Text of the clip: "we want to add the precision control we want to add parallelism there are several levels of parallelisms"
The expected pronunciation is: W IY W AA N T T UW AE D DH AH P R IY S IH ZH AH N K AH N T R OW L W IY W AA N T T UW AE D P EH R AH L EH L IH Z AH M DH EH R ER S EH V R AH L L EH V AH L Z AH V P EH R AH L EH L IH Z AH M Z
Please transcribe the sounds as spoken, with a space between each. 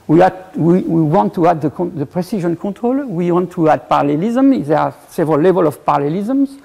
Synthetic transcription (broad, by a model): W IY W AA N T T UW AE D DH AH P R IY S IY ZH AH N K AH T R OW L W IY W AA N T T UW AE D P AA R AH L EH L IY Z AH M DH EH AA S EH V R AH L L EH V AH L AH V P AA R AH L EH L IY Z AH M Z